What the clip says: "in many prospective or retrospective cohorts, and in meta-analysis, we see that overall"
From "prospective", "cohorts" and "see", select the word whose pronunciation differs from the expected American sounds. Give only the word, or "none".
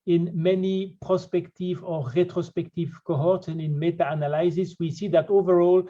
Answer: none